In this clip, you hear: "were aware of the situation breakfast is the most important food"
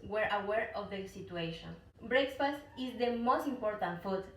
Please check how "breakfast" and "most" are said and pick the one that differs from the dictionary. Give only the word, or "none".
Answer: breakfast